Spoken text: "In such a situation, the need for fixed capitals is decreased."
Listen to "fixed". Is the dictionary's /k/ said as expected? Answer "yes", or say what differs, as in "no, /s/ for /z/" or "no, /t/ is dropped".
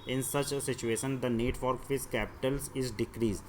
no, /k/ is dropped